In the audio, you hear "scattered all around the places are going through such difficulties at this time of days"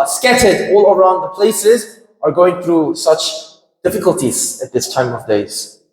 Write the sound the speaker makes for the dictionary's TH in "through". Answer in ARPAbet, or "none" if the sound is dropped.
TH